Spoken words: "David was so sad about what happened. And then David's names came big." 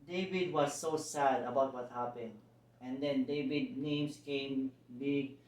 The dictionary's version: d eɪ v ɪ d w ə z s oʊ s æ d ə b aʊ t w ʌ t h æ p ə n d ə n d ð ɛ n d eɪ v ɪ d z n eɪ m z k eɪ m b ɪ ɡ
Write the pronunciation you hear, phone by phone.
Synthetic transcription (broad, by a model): d eɪ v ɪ d w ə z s oʊ s æ d ə b aʊ t w ʌ t h æ p ə n d ə n d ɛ n d eɪ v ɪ d n eɪ m s k eɪ m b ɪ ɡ